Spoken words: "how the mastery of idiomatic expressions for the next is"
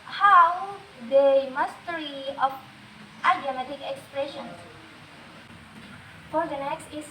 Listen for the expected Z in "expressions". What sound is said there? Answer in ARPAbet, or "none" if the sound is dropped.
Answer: none